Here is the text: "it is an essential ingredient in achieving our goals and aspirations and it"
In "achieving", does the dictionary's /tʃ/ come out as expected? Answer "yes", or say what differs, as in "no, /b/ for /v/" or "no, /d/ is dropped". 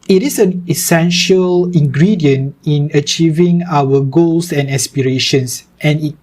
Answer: yes